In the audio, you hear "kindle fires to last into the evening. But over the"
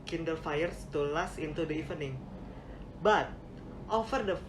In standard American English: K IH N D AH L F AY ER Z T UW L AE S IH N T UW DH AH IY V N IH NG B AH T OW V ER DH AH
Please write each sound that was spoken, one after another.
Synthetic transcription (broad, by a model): K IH N D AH L F AY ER S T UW L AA S IH N T UW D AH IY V N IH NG B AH T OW F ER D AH